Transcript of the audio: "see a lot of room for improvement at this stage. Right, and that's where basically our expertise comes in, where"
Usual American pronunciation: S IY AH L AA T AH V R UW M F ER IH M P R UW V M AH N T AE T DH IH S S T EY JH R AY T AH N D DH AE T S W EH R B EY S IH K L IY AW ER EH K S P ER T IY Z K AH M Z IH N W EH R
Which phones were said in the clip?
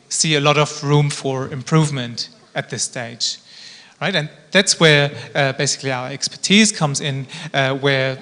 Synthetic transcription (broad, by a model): S IY AH L AA T AH V R UW M F ER IH M P R UW V M AH N T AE T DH IH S S T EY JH R AY T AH N DH AE T S W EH R B EY S IH K L IY AW ER EH K S P ER T IY Z K AH M Z IH N W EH R